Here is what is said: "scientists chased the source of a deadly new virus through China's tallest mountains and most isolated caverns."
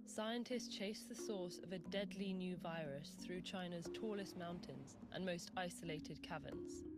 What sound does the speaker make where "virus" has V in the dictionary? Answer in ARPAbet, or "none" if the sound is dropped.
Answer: V